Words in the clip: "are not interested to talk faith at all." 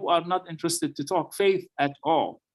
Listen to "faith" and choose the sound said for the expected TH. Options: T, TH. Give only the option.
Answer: TH